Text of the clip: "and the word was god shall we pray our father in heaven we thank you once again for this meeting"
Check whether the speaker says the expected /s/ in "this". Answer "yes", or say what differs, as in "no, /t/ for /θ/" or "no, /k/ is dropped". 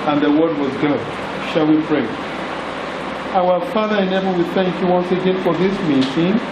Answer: yes